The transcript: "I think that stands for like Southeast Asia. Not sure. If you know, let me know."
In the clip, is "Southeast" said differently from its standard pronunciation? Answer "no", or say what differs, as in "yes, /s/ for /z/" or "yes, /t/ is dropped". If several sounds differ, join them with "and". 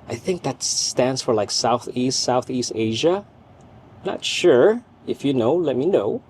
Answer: no